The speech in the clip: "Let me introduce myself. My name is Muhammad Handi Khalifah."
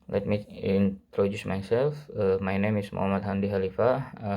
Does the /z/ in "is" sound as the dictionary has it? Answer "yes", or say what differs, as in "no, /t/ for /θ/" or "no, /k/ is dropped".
no, /s/ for /z/